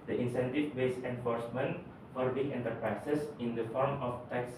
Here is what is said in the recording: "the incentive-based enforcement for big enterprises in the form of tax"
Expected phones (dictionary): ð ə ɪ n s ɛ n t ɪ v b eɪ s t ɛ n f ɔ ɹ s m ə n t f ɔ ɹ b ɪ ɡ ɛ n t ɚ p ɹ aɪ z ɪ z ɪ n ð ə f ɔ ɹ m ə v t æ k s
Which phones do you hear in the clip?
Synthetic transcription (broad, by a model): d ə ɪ n s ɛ n t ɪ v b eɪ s ɛ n f ɔ ɹ s m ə n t f ɔ ɹ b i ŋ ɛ n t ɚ p ɹ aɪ s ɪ s ɪ n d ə f ɔ ɹ m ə f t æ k s